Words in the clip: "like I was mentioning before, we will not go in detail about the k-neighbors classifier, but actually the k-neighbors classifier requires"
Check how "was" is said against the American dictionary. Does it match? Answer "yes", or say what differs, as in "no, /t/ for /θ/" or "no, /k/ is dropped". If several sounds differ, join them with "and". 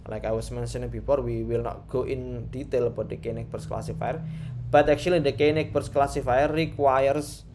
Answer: no, /s/ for /z/